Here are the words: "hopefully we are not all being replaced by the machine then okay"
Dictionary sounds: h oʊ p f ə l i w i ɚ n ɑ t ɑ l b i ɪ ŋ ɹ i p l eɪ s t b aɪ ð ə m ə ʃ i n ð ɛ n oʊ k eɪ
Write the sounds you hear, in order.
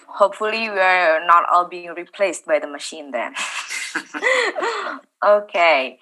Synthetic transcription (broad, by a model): h oʊ p f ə l i w i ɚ n ɑ t ɑ l b i ɪ ŋ ɹ i p l eɪ s t b aɪ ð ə m ə ʃ i n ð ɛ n oʊ k eɪ